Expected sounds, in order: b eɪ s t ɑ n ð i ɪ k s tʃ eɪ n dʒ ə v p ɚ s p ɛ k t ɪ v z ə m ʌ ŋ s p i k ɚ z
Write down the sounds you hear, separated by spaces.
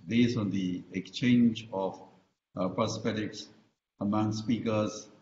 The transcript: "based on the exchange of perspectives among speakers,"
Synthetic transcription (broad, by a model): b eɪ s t ɑ n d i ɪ k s tʃ eɪ n dʒ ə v p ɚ s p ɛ t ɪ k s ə m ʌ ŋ s p i k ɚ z